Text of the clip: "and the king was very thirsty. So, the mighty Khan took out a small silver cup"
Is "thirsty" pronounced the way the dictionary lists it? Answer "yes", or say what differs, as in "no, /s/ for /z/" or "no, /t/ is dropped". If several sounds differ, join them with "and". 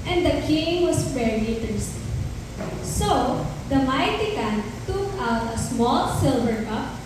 no, /t/ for /θ/